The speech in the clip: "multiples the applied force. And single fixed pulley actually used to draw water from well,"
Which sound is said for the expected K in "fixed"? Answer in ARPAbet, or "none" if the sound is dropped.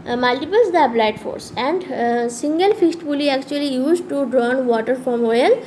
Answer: none